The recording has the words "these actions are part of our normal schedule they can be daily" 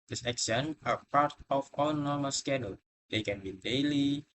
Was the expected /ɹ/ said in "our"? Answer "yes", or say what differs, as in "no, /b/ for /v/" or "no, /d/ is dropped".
no, /l/ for /ɹ/